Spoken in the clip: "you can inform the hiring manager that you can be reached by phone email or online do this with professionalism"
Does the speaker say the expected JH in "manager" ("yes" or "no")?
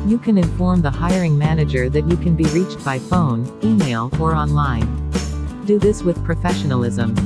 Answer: yes